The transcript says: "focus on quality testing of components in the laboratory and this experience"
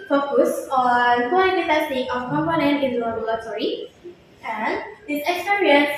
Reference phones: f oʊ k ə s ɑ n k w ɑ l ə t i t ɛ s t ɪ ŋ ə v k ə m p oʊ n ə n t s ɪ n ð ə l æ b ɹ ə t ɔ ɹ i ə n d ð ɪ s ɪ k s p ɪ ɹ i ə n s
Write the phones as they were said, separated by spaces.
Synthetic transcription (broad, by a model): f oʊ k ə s ɑ n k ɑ ə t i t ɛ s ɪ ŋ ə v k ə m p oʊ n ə n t ɪ n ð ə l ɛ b l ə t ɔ ɹ i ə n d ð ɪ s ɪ k s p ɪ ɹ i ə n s